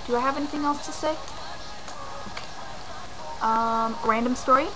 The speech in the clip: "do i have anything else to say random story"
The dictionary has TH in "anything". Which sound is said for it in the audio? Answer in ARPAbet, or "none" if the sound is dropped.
TH